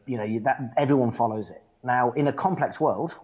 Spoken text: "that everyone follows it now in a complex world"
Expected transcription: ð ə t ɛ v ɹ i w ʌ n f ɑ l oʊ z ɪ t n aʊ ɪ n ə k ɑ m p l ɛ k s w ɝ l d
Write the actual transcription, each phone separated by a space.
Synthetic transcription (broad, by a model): ð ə t ɛ v ɹ i w ʌ n f ɑ l oʊ z ɪ t n aʊ ɪ n ə k ɑ m p l ɛ k s w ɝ l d